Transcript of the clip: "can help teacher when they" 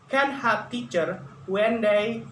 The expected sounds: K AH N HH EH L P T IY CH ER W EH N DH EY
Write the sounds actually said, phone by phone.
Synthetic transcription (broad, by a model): K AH N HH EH P T IY CH ER W EH N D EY